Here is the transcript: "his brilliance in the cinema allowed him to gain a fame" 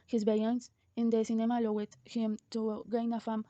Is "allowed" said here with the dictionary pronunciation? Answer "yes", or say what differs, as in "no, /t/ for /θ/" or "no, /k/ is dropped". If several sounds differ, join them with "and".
no, /w/ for /l/